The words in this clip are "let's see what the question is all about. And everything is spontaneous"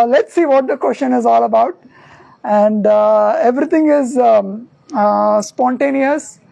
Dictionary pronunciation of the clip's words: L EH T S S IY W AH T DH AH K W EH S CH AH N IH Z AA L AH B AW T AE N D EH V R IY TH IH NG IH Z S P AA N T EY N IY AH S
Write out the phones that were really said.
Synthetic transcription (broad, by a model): L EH T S S IY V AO T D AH K W EH S CH AH N IH Z AA L AH B AW T AE N D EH V R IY T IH NG IH Z S P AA N T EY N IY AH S